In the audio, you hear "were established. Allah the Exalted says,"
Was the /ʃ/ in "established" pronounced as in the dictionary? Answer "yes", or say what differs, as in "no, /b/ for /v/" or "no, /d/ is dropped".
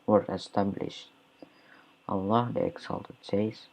yes